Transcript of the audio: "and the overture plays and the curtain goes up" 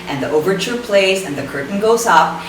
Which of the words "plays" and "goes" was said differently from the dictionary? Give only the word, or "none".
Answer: none